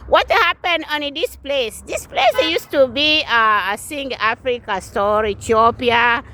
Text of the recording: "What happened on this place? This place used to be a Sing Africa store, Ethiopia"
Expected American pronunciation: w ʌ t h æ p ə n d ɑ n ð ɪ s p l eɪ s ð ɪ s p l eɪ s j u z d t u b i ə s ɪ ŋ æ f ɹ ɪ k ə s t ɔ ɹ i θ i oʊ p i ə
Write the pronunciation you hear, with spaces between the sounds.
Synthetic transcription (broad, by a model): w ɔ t h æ p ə n ɑ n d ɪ s p l eɪ s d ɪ s p l eɪ s j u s t u b i ə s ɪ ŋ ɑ f ɹ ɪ k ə s t ɔ ɹ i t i oʊ p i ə